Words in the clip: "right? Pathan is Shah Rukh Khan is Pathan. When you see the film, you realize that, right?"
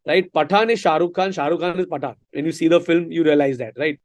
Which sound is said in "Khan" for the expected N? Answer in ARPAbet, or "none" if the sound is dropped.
N